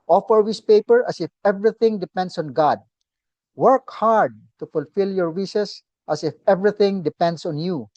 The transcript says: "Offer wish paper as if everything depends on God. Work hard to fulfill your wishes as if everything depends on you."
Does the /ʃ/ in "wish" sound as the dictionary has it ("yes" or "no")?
no